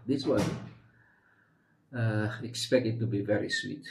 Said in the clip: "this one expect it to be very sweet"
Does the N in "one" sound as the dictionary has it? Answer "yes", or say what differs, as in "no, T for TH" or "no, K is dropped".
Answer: no, N is dropped